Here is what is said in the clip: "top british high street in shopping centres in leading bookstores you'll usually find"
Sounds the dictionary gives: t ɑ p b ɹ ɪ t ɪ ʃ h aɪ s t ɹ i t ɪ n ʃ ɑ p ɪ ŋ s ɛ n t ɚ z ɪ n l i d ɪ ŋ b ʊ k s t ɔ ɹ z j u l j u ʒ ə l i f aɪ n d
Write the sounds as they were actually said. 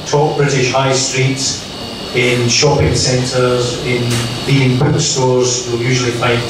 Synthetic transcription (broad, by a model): t ɑ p b ɹ ɪ t ɪ ʃ h aɪ s t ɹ i t ɪ n ʃ ɑ p ɪ ŋ s ɛ n t ɚ z ɪ n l i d ɪ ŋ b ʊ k s t ɔ ɹ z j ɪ l j u ʒ ə l i f aɪ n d